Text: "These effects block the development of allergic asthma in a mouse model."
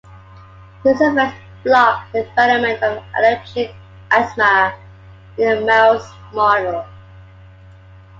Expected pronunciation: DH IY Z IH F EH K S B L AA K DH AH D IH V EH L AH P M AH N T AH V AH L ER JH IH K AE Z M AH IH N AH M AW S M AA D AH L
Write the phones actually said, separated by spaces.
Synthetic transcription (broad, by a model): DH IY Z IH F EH S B L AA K DH AH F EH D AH M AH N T AH V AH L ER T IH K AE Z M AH IH N AH M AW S M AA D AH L